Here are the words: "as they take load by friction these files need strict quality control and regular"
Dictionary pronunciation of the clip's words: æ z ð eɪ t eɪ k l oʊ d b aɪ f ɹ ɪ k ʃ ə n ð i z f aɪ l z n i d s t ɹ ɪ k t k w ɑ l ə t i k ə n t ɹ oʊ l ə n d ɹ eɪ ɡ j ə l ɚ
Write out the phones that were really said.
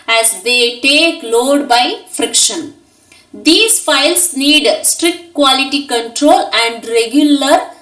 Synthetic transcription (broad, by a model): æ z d eɪ t eɪ k l oʊ d b aɪ f ɹ ɪ k ʃ ə n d i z f aɪ l s n i d s t ɹ ɪ k t k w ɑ l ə t i k ə n t ɹ oʊ l ə n d ɹ eɪ ɡ j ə l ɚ